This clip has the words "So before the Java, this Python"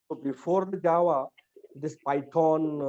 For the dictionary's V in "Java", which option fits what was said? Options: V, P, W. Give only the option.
W